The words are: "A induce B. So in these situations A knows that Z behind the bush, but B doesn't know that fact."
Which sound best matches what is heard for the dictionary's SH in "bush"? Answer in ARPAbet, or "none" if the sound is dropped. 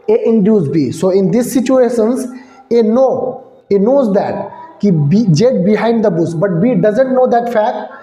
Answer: S